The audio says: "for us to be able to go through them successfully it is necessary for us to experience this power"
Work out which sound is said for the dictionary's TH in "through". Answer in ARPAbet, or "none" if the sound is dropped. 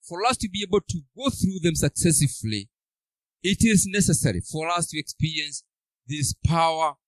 TH